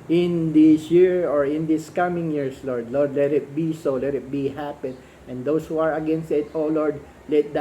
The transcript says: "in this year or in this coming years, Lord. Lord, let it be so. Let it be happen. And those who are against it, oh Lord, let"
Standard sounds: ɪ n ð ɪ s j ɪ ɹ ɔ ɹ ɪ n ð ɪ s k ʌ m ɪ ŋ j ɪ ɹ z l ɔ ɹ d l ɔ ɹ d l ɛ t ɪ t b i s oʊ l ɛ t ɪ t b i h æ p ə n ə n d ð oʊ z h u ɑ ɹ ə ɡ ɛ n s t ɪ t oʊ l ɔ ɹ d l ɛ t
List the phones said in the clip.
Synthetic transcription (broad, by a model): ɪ n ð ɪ s j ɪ ɹ ɔ ɹ ɪ n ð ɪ s k ʌ m ɪ ŋ j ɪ ɹ s l ɔ ɹ d l ɔ ɹ d l ɛ t ɪ t b i s oʊ l ɛ t ɪ t b i h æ p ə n ə n d oʊ s h u ɑ ɹ ə ɡ ɛ n s t ɪ t oʊ l ɔ ɹ d l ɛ t